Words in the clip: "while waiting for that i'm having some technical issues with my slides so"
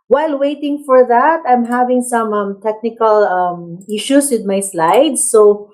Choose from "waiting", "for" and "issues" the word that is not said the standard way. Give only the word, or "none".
issues